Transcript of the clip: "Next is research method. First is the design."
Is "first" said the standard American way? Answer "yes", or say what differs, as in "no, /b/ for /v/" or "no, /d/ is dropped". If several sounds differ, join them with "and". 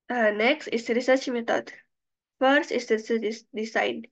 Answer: yes